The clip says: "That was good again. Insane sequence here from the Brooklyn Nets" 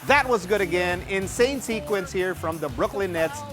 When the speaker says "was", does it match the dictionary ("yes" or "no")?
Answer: yes